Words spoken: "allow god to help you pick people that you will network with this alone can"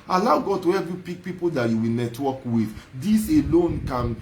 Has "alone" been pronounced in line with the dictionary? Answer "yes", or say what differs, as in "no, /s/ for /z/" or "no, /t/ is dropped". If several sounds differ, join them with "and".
yes